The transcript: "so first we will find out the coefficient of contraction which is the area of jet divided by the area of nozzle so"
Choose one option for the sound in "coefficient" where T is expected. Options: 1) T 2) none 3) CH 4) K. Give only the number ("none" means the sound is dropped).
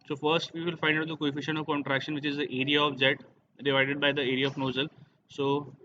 2